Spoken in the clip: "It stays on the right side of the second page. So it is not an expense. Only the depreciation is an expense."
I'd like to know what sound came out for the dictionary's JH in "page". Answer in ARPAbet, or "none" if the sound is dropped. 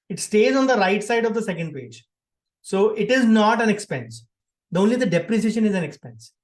JH